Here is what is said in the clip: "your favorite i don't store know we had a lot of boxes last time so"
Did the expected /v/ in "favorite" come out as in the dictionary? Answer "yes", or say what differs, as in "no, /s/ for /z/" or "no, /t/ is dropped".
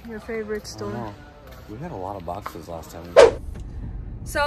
yes